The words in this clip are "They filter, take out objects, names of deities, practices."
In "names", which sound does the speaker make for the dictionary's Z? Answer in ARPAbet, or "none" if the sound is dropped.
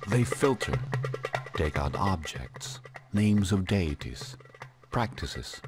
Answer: Z